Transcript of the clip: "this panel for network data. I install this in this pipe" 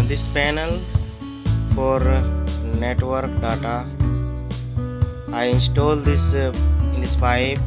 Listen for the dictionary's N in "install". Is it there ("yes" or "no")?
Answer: yes